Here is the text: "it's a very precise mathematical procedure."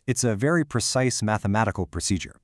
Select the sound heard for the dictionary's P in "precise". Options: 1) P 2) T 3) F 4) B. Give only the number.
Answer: 1